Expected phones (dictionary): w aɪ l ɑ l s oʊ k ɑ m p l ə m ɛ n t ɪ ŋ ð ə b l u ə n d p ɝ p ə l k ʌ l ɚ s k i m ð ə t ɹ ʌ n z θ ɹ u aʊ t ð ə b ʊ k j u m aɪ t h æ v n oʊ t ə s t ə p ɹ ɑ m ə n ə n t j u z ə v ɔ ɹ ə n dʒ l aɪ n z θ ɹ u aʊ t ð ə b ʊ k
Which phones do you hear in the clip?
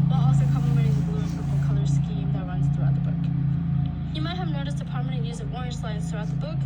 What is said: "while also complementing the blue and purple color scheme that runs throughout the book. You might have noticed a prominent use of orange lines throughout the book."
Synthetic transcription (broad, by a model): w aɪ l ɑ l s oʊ k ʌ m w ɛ t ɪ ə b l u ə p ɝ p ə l k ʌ l ɚ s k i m ð ə t ɹ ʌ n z θ ɹ u aʊ t ð ə b ʊ k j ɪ m aɪ t h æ v n oʊ t ə s t ə p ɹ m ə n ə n j u z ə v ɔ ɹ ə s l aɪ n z θ ɹ u aʊ t ð ə b ʊ k